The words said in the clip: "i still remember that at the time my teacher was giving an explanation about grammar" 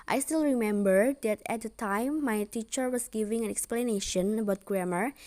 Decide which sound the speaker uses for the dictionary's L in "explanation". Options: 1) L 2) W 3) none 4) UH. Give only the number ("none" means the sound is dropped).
1